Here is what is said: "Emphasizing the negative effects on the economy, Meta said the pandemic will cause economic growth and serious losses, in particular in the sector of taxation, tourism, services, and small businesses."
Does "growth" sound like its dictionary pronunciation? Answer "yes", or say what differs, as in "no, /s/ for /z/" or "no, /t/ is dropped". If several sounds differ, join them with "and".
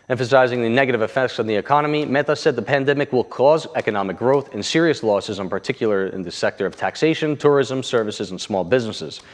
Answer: yes